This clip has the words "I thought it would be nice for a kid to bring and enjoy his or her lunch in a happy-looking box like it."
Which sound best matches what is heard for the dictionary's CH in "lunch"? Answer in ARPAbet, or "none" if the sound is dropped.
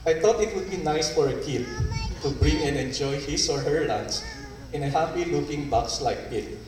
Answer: S